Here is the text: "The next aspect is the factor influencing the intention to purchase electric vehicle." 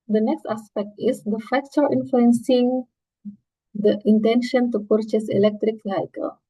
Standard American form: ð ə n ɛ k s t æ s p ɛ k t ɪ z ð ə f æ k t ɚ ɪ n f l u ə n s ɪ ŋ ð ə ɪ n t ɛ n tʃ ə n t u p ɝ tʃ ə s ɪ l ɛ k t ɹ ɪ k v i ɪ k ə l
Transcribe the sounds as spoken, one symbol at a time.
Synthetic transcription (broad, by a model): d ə n ɛ k s t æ s p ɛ k t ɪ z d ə f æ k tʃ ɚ ɪ n f l u ə n s ɪ ŋ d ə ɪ n t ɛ n ʃ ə n t u p ɝ tʃ ə s ɪ l ɛ k t ɹ ɪ k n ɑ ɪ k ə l